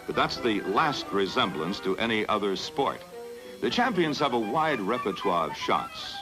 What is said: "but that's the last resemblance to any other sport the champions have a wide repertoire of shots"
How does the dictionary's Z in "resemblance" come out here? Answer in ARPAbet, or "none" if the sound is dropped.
Z